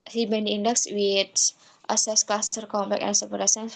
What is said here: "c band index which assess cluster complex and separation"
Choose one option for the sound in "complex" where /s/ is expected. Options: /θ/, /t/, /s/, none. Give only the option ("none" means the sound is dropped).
none